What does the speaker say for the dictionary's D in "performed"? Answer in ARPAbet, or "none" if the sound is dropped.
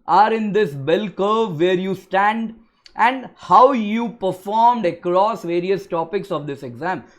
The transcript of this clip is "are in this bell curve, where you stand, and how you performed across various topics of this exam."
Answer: D